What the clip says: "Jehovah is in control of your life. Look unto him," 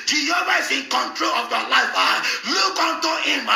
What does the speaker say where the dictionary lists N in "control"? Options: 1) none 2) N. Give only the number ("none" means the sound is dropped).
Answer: 2